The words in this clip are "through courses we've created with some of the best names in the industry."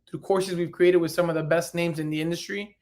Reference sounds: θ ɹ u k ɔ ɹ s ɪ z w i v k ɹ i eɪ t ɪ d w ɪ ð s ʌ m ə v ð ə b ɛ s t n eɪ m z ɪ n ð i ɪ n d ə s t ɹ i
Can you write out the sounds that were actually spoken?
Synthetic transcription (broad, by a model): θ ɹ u k ɔ ɹ s ɪ z w i v k ɹ i eɪ t ɪ d w ɪ ð s ʌ m ə v ð ə b ɛ s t n eɪ m z ɪ n ð i ɪ n d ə s t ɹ i